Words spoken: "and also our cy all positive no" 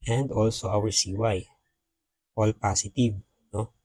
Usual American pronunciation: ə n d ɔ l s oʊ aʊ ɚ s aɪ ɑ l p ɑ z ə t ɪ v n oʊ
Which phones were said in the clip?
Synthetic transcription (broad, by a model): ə n d ɔ l s oʊ aʊ ɚ s aɪ ɑ l p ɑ s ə t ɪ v n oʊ